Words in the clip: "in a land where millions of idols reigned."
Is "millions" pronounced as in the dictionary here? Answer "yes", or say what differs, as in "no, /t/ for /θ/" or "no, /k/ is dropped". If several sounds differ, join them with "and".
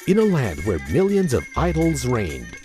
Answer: yes